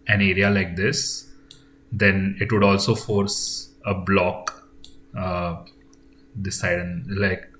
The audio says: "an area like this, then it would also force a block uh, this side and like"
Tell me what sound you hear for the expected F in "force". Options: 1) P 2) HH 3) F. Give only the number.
3